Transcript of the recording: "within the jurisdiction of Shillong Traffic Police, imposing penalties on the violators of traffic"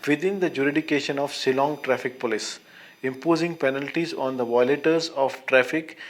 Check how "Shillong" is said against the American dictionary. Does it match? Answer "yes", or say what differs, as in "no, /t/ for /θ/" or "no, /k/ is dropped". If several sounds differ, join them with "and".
no, /s/ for /ʃ/